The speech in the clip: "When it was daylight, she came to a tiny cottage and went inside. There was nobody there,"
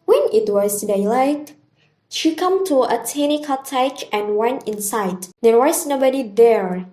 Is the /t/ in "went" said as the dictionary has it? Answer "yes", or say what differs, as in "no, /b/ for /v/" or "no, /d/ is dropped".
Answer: no, /t/ is dropped